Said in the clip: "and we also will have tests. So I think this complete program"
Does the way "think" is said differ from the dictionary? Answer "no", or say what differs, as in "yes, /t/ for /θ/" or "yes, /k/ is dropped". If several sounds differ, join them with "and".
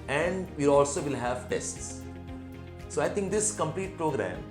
yes, /t/ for /θ/